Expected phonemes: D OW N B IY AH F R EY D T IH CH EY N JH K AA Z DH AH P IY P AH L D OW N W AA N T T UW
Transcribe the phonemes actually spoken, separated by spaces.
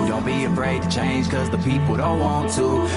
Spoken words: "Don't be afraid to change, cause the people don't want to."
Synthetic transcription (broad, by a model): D OW N B IY AH F R EY D T IH CH EY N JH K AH Z DH AH P IY P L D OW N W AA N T T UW